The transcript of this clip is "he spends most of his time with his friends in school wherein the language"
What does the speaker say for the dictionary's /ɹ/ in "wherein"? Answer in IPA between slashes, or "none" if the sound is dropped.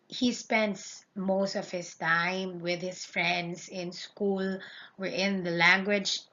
none